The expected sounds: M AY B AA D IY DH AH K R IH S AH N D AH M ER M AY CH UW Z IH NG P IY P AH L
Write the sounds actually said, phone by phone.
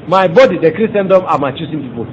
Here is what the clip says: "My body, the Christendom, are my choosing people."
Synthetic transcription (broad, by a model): M AY B AA D IY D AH K R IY S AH N D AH M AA M AY CH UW S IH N P IY P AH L